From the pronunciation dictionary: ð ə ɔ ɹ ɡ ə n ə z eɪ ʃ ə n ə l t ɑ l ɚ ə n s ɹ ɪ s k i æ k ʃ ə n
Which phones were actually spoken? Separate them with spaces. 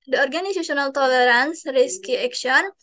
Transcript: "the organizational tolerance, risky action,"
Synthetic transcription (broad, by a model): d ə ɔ ɹ ɡ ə n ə s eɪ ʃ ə n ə l t ɑ l ɚ ə n s ɹ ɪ s k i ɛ k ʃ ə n